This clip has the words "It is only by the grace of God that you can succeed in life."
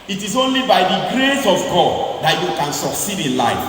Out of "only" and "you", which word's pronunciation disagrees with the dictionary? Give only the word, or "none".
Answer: none